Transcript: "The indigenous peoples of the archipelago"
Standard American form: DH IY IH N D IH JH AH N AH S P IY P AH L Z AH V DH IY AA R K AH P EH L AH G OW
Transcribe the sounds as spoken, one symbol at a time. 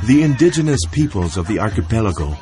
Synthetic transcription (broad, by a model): DH IY IH N D IH JH AH N AH S P IY P AH L Z AH V DH IY AA R K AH P EH L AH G OW